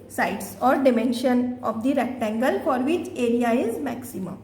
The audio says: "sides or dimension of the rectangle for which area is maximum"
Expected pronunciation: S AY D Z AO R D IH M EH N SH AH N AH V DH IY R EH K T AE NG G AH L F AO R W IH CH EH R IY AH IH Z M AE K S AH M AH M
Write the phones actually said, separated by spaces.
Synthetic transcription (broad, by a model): S AY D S AO R D IH M EH N SH AH N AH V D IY R EH K T AE NG G AH L F AO R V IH CH EH R IY AH IH Z M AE K S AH M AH M